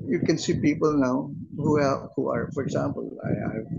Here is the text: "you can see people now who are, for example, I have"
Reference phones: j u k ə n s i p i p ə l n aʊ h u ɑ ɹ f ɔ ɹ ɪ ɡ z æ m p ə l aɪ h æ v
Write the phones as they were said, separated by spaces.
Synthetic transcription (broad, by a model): j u k ə n s i p i p ə l n aʊ h u ɑ ɹ f ɔ ɹ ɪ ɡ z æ m p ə l aɪ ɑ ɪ